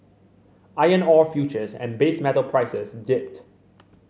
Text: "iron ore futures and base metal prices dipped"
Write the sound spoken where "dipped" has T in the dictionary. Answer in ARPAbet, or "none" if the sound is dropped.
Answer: T